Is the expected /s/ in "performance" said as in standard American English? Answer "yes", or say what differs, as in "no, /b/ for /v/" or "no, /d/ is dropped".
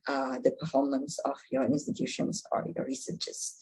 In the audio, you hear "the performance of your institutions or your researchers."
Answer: yes